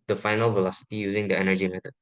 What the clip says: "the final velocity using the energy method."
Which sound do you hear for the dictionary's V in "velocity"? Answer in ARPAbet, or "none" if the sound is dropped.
V